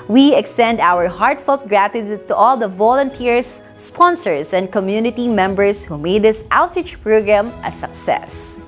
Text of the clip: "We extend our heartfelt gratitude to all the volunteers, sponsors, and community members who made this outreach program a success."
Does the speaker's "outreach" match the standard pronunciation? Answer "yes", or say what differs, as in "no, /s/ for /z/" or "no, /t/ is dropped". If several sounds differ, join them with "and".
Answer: yes